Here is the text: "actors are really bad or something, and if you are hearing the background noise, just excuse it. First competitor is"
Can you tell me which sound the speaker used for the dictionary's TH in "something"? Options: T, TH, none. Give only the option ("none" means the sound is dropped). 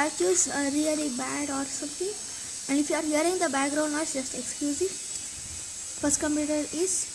T